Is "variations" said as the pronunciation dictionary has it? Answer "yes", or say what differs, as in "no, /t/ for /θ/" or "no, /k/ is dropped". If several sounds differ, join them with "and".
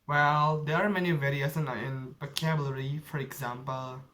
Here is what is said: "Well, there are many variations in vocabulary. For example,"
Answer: no, /s/ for /ʃ/ and /z/ is dropped